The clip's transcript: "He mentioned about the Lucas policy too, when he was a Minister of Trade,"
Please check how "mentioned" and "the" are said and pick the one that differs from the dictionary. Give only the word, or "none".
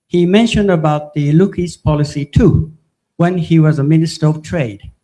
none